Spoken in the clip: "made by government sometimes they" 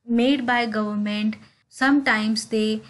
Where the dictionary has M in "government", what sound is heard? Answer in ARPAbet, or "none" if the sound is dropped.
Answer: M